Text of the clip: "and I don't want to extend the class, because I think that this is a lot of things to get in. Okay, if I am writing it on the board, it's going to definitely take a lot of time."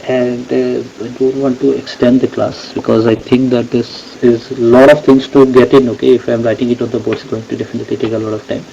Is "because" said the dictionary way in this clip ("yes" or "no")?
yes